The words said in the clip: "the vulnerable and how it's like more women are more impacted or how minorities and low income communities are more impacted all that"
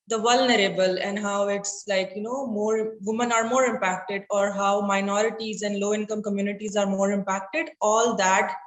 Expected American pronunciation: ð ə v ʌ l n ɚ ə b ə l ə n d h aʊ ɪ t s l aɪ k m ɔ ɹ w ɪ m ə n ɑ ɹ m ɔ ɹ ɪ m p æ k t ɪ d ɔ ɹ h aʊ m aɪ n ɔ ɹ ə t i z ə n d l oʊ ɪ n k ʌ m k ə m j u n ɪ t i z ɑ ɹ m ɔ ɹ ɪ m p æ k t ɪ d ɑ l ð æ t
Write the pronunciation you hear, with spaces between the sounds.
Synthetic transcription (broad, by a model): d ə v ʌ l n ɚ ə b ə l ə n d h aʊ ɪ t s l aɪ k m ɔ ɹ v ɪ m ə n ɑ ɹ m ɔ ɹ ɪ m p æ k t ɪ d ɔ ɹ h aʊ m aɪ n ɔ ɹ ə t i z ə n d l oʊ ɪ n k ʌ m k ə m j u n ɪ t i z ɑ ɹ m ɔ ɹ ɪ m p æ k t ɪ d ɑ l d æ t